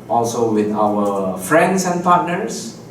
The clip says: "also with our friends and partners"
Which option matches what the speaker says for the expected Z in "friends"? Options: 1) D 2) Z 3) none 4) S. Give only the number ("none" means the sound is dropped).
4